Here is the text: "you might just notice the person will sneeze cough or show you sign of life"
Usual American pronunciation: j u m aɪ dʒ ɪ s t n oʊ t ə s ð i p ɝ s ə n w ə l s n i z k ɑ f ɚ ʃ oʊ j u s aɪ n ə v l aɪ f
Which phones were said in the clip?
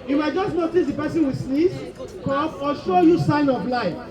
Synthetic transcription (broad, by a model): j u m aɪ dʒ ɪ s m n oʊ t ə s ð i p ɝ s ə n w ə s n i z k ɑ p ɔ ʃ oʊ j u s aɪ n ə b l aɪ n